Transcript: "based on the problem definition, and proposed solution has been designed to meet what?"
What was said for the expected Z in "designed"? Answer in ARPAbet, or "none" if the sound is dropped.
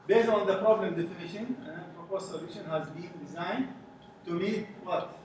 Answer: Z